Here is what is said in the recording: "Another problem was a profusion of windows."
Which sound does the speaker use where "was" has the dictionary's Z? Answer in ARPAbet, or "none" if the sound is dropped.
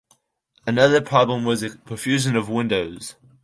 Z